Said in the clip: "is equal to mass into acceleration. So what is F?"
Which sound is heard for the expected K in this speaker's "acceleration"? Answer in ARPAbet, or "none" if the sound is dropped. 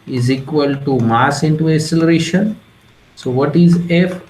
none